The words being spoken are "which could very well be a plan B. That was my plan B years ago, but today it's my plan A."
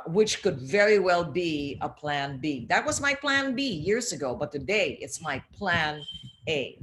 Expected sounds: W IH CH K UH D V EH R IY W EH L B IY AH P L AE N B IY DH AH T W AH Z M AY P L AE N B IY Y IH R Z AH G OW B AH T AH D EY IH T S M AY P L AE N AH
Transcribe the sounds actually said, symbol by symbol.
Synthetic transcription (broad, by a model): W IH CH K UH D V EH R IY W EH L B IY AH P L AE N B IY DH AH T W AH Z M AY P L AE N B IY Y IH R Z AH G OW B AH T AH D EY IH T S M AY P L AE N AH